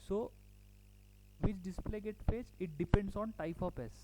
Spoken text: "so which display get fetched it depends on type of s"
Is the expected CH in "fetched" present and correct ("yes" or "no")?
no